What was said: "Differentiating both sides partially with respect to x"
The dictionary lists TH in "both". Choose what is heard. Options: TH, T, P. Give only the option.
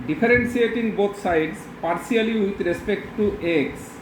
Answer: T